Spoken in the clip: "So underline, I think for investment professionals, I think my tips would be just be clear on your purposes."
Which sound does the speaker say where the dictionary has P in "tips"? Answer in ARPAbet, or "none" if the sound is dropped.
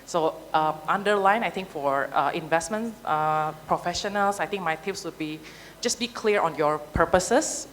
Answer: none